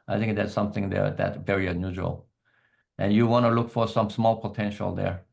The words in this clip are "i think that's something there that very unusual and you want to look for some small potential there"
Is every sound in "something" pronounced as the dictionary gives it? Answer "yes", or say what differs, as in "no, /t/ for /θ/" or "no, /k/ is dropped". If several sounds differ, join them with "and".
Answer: yes